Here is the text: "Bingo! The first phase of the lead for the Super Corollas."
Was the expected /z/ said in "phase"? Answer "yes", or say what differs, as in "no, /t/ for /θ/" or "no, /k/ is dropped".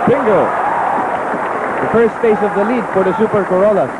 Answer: no, /s/ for /z/